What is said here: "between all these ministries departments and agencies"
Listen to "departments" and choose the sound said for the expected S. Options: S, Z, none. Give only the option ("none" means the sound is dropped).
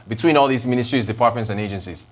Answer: S